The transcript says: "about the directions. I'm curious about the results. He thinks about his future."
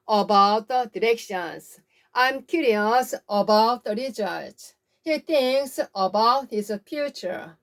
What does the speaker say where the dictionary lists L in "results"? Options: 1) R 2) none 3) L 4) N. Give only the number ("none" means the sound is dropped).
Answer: 2